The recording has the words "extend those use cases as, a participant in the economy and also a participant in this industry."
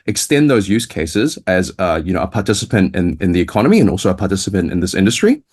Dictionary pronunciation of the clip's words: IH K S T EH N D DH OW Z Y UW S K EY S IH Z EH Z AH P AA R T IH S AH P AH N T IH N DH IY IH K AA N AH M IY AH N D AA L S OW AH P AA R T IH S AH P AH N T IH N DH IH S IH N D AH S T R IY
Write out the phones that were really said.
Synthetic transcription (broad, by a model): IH K S T EH N DH OW Z Y UW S K EY S IH Z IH Z AH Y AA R T IH S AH P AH N T IH N DH IY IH K AA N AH M IY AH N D AA L S OW AH P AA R T IH S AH P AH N T IH N DH IH S IH N D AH S T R IY